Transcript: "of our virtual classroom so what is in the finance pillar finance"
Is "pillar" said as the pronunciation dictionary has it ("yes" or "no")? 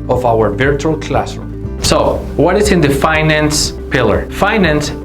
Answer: yes